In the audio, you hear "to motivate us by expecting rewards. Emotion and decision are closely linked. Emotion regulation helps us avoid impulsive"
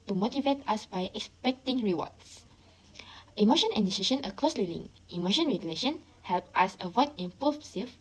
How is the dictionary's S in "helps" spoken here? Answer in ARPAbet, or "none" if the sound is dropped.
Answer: none